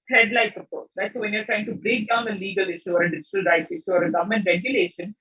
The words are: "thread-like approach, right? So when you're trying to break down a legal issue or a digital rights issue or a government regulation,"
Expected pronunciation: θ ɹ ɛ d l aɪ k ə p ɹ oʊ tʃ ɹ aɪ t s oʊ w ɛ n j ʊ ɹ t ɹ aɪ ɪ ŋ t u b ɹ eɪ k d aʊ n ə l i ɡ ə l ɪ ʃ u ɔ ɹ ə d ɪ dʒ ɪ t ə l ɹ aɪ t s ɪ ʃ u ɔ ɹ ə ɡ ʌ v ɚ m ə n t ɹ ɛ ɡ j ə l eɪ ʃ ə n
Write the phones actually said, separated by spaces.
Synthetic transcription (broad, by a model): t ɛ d l aɪ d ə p oʊ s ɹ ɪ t s oʊ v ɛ n j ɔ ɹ t ɹ aɪ ɪ ŋ t u b ɹ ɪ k d aʊ n ə l i ɡ ə l ɪ ʃ u ɔ ɹ ə d ɪ dʒ ɪ t ə l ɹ aɪ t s ɪ ʃ u ɔ ɹ ə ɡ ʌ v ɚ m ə n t ɹ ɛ ɡ j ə l eɪ ʃ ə n